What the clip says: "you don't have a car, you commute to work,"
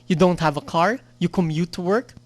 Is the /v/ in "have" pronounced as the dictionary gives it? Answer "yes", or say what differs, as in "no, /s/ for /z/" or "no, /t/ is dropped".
yes